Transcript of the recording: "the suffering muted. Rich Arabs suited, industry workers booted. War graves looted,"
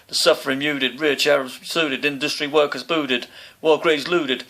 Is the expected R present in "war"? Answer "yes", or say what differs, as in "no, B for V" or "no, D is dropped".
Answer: no, L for R